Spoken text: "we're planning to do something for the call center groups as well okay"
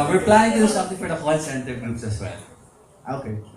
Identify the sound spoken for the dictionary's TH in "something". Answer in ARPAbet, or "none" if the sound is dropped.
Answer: T